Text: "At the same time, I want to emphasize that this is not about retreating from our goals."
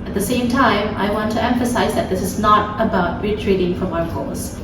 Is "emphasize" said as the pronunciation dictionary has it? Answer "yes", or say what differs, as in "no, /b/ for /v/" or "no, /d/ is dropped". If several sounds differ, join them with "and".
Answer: yes